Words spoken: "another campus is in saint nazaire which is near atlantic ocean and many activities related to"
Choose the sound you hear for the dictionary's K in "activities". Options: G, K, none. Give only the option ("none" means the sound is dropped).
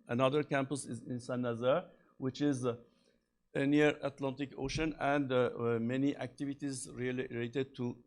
K